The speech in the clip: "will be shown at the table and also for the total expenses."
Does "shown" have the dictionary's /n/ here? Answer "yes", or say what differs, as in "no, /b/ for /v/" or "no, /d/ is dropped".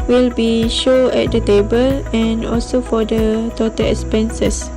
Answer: no, /n/ is dropped